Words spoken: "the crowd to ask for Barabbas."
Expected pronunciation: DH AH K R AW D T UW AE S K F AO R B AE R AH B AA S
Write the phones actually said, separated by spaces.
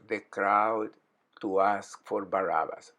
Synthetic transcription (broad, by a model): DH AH K R AW D T UW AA S K F AO R B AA R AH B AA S